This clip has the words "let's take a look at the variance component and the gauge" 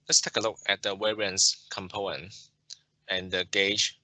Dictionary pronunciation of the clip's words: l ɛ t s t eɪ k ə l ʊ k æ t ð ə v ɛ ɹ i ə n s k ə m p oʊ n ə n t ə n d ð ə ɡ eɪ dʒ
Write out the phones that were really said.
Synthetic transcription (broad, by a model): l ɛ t s t eɪ k ə l ʊ k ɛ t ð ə w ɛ ɹ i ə n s k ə m p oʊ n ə n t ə n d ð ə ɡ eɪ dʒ